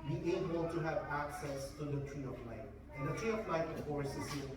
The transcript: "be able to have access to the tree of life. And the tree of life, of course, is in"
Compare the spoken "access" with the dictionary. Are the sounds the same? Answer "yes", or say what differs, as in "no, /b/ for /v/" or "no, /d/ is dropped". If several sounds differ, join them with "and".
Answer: yes